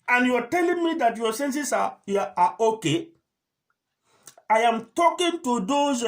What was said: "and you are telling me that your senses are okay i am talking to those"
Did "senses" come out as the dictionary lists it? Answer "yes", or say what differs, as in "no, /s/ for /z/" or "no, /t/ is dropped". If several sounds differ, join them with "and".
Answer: no, /s/ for /z/